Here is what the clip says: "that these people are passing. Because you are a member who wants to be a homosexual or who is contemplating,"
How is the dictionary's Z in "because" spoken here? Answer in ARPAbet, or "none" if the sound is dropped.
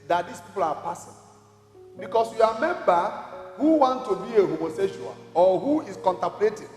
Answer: S